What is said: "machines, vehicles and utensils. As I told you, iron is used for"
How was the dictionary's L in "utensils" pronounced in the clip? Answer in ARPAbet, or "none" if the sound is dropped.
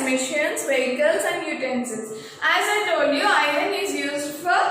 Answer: none